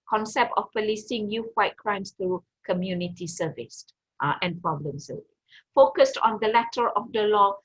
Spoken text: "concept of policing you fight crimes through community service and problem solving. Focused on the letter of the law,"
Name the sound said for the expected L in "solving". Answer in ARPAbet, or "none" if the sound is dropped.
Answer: none